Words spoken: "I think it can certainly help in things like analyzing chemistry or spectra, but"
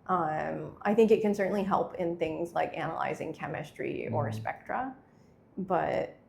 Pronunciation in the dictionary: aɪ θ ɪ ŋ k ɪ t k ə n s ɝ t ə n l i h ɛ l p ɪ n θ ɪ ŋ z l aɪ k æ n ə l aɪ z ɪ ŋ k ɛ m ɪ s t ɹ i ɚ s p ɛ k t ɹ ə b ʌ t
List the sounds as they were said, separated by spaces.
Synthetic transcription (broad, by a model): aɪ θ ɪ ŋ k ɪ t k ə n s ɝ t n l i h ɛ l p ɪ n θ ɪ ŋ z l aɪ k æ n ə l aɪ z ɪ ŋ k ɛ m ɪ s t ɹ i ɚ s p ɛ k t ɹ ə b ʌ t